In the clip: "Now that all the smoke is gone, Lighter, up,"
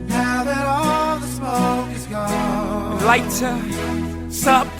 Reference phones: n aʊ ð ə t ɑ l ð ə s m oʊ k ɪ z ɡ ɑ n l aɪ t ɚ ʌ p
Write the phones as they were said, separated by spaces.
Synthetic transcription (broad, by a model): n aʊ ð ə t ɑ l ð ə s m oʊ ɪ z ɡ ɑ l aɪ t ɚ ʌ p